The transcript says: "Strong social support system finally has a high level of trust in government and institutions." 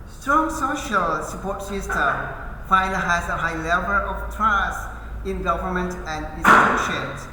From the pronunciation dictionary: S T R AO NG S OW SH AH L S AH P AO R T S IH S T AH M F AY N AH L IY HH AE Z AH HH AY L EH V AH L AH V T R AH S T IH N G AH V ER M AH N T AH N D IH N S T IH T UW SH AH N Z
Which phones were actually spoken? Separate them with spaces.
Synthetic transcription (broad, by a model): S T R AO NG S OW SH AH L S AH P AO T S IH S T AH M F AY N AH HH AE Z AH HH AY L EH V AH L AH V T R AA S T IH N G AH V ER M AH N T AH N D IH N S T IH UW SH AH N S